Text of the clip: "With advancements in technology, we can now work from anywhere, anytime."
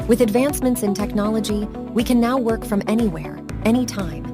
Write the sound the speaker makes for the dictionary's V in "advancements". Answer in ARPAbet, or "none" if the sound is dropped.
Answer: V